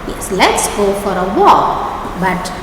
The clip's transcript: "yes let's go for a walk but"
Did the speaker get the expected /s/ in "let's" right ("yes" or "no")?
yes